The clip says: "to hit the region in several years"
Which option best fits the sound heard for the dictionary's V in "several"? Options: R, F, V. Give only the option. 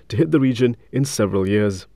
V